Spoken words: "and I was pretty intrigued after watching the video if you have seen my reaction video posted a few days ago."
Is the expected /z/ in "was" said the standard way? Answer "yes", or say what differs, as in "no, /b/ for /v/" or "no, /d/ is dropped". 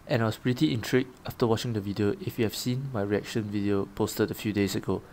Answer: no, /s/ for /z/